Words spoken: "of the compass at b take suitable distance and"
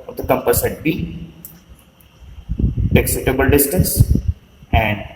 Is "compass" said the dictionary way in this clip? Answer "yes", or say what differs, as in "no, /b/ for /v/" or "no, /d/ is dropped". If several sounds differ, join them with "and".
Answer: yes